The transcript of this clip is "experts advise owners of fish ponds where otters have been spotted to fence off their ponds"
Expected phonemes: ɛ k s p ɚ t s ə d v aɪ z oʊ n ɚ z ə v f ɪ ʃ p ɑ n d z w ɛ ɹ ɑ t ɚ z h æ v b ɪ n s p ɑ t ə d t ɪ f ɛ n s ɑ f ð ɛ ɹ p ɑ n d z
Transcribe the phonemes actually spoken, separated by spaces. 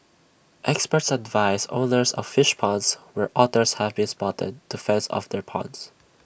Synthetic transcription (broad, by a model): ɛ k s p ɚ t s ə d v aɪ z oʊ n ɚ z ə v f ɪ ʃ p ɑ n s w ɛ ɹ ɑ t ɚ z h æ v b ɪ n s p ɑ t ə d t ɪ f ɛ n s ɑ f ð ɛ ɹ p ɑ n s